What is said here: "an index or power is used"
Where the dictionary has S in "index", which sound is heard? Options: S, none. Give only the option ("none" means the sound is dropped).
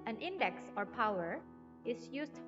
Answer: S